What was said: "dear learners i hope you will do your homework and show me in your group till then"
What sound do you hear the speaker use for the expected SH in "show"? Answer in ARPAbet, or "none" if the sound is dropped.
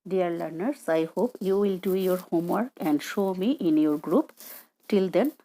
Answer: SH